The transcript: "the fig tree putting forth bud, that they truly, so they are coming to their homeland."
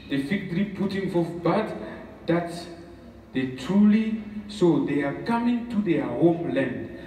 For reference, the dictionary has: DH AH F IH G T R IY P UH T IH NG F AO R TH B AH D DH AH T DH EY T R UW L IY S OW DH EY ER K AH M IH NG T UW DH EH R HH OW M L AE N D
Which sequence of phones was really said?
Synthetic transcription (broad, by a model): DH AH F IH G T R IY P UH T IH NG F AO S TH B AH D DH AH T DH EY T R UW L IY S OW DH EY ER K AH M IH NG T UW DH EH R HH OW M L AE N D